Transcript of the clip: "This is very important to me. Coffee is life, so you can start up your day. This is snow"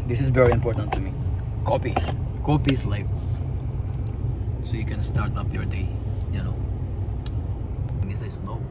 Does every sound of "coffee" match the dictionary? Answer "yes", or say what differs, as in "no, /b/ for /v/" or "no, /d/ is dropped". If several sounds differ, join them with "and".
no, /p/ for /f/